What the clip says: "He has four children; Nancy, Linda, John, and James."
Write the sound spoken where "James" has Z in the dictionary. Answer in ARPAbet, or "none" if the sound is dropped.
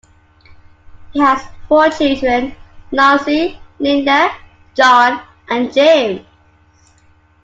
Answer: none